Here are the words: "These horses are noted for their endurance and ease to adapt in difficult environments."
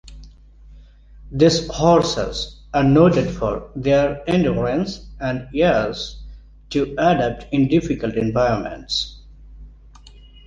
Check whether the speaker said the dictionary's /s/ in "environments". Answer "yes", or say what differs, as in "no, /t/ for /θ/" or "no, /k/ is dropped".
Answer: yes